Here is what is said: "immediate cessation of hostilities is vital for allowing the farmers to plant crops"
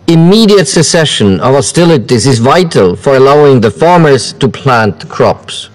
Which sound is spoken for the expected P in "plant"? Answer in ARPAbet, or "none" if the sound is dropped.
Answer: P